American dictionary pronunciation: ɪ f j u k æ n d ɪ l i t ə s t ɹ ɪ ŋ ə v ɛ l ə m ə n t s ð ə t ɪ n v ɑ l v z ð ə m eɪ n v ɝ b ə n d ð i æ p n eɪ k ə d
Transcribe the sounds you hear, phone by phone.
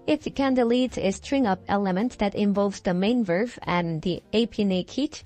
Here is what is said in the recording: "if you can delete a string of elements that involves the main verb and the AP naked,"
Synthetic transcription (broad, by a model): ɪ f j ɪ k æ n d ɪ l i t ə s t ɹ ɪ ŋ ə p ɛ l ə m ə n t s ð ə t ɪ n v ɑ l v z ð ə m eɪ n v ɝ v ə n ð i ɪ p n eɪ k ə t